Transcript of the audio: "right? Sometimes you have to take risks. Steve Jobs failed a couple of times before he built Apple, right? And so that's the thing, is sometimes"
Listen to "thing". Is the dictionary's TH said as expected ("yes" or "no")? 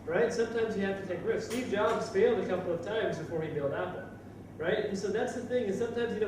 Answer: yes